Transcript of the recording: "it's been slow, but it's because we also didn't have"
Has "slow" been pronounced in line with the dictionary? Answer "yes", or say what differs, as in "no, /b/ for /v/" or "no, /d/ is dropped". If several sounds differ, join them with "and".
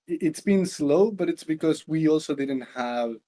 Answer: yes